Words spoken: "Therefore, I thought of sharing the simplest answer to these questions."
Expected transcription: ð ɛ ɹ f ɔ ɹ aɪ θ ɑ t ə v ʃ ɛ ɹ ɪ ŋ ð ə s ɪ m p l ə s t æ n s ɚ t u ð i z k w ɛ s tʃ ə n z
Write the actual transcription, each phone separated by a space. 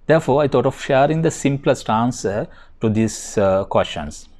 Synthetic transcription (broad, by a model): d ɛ ɹ f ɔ ɹ aɪ t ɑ t ə v ʃ ɛ ɹ ɪ ŋ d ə s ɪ m p l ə s t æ n s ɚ t u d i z k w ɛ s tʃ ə n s